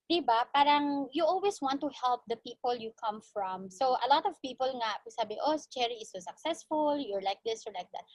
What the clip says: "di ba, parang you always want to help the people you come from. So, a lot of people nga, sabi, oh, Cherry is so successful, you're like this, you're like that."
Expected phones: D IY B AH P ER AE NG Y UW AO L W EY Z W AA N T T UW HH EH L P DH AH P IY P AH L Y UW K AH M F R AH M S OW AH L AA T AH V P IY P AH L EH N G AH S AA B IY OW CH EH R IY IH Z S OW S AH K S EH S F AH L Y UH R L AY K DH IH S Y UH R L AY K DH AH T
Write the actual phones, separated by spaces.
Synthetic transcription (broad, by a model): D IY B AH P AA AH NG Y UW AO L W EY S W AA N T T UW HH EH L P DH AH P IY P AH L Y UW K AH M F R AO M S OW AH L AA T AH V P IY P AH L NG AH S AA B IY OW CH EH R IY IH S OW S AH K S EH S F AH L Y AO R L AY K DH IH S Y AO R L AY K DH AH T